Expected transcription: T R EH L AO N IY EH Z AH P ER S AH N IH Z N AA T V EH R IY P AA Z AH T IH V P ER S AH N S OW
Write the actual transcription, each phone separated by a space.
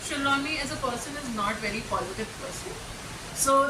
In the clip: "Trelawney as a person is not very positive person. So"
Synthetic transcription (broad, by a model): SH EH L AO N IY EH Z AH P ER S AH N IH Z N AA T V EH R IY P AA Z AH T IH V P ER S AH S OW